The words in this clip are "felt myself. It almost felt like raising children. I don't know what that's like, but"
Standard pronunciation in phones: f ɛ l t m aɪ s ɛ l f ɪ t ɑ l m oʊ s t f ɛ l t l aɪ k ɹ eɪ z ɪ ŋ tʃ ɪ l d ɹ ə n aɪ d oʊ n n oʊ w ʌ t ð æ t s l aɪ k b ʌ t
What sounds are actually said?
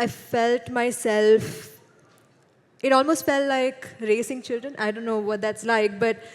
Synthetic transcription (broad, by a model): f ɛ l t m aɪ s ɛ l f ɪ t ɑ l m oʊ s t f ɛ l t l aɪ k ɹ eɪ s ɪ ŋ tʃ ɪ l d ɹ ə n aɪ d oʊ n n oʊ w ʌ t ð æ t s l aɪ k b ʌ t